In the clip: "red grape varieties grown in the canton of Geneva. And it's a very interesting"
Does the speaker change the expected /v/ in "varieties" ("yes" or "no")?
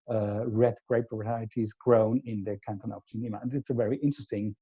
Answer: yes